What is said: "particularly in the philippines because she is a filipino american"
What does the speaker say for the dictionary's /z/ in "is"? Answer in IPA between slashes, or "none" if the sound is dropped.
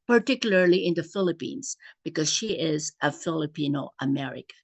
/z/